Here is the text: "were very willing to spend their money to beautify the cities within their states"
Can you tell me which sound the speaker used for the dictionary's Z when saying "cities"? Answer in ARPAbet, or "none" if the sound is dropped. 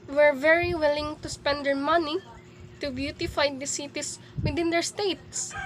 S